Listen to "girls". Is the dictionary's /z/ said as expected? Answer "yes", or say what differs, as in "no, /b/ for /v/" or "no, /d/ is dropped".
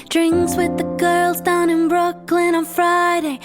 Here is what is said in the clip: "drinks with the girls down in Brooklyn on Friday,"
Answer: yes